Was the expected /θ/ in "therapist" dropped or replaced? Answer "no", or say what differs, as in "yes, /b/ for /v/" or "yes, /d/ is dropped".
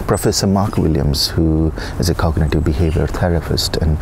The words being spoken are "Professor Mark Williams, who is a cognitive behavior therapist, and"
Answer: yes, /t/ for /θ/